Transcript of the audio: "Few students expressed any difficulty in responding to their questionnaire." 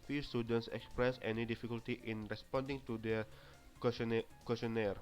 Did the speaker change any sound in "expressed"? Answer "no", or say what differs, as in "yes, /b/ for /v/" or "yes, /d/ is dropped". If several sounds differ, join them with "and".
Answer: yes, /t/ is dropped